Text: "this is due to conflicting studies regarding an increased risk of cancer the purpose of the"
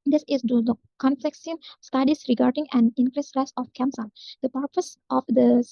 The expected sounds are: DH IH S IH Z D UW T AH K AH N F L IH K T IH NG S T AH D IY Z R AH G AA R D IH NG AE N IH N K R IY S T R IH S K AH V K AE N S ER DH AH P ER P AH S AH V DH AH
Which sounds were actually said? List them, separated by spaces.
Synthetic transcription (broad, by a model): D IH S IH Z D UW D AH K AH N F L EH K S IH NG S T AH D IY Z R AH G AA R D IH NG AE N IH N K R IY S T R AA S AH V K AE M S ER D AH P ER P AH S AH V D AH